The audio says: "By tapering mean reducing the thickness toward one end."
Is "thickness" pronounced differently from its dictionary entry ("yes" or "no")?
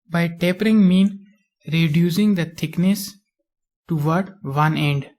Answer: yes